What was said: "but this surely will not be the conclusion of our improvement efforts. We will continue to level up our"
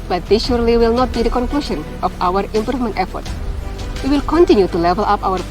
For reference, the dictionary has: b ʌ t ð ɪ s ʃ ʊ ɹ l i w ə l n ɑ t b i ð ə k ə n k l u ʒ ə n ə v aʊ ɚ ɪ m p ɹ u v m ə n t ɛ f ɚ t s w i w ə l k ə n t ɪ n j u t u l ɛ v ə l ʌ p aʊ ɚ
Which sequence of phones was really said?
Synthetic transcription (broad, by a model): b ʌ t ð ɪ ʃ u ɹ l i w ə l n ɑ t b i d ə k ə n k l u ʃ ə n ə f aʊ ɚ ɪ m p ɹ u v m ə n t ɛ f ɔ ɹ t w i w ə l k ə n t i n j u t u l ɛ v ə l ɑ p aʊ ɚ